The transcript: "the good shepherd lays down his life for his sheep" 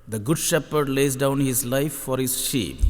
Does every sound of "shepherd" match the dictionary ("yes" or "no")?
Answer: yes